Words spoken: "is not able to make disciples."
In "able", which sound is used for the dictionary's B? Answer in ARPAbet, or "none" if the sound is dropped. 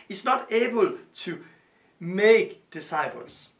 B